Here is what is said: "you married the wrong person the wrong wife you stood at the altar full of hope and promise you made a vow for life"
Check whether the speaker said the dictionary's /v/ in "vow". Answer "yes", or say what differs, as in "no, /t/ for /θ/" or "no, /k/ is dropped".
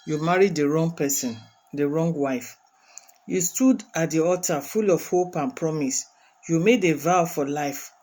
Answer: yes